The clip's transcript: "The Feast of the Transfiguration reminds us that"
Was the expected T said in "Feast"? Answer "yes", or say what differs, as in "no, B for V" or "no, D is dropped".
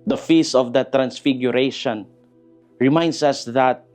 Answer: no, T is dropped